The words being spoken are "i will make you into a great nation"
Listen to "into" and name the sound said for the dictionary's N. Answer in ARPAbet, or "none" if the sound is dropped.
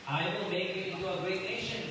none